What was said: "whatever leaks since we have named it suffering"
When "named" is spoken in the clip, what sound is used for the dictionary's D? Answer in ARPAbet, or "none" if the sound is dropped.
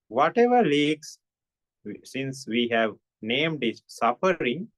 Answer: D